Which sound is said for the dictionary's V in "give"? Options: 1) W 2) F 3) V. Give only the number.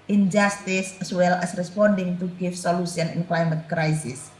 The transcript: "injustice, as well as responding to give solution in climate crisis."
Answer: 2